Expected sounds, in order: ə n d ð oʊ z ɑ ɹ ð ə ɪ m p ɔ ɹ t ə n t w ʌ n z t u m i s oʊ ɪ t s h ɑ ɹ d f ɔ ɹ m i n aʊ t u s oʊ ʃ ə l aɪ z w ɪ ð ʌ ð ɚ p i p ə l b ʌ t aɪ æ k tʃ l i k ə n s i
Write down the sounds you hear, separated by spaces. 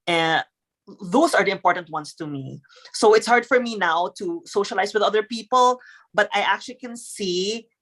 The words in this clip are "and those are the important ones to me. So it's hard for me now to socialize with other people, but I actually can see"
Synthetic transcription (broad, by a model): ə n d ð oʊ s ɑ ɹ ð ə ɪ m p ɔ ɹ t ə n t w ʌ n s t u m i s oʊ ɪ t s h ɑ ɹ d f ɔ ɹ m i n aʊ t u s oʊ ʃ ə l aɪ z w ɪ ð ʌ ð ɚ p i p ə l b ʌ t aɪ æ k tʃ l i k ə n s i